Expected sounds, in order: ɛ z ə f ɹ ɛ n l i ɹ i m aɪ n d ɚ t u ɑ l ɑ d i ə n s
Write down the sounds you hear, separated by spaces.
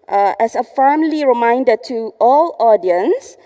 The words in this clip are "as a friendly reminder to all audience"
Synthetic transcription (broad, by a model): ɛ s ə f ɛ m l i ɹ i m aɪ n d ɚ t u ɑ l ɑ d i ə n s